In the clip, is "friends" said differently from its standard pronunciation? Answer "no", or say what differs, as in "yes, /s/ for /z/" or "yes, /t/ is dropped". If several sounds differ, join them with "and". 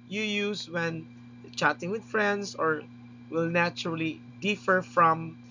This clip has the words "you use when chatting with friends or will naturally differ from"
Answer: yes, /s/ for /z/